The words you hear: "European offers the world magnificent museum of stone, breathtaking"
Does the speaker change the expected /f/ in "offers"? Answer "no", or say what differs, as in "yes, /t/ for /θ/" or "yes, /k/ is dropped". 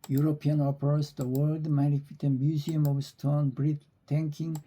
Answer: yes, /p/ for /f/